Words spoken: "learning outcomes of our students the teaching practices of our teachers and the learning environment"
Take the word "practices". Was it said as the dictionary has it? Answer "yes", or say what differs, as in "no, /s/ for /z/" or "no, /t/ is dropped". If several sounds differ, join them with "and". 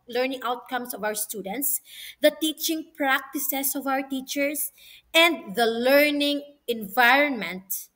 no, /s/ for /z/